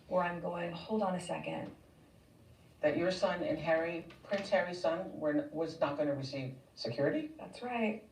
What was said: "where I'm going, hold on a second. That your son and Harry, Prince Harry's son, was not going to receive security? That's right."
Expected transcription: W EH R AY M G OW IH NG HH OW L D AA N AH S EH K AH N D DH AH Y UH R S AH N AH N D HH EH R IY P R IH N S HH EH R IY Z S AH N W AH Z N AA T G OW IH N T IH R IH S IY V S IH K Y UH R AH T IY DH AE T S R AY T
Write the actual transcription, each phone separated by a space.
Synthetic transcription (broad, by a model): W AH R AY M G OW IH NG HH OW L D N AH S EH K AH N D DH AH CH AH R S AH N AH N HH EH R IY P R IH N S HH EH R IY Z S AH N W AH Z N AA T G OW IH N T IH R IH S IY V S IH K Y UH R AH T IY DH AE T S R AY T